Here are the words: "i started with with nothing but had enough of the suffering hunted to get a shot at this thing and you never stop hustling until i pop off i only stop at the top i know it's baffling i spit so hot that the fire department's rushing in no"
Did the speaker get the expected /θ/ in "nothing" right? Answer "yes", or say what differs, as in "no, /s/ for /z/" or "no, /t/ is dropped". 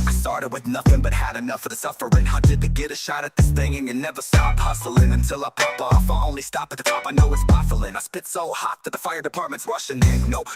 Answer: yes